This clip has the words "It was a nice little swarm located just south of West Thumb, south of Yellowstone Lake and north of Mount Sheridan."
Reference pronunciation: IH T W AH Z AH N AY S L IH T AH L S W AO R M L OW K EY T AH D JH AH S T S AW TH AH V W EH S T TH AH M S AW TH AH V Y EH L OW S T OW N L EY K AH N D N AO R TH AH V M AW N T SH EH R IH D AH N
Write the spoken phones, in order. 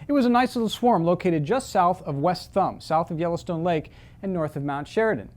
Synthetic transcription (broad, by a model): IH T W AH Z AH N AY S L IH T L S W AO R M L OW K EY T AH D JH AH S T S AW TH AH V W EH S T TH AH M S AW TH AH V Y EH L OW S T OW N L EY K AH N N AO R TH AH V M AW N T SH EH R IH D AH N